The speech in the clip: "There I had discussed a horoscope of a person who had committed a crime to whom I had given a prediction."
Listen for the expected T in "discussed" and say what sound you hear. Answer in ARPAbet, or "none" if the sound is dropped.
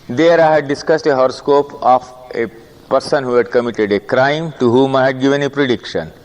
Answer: T